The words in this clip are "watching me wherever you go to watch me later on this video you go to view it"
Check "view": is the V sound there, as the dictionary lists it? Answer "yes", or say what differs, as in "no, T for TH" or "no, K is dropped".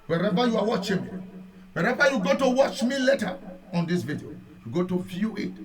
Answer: no, F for V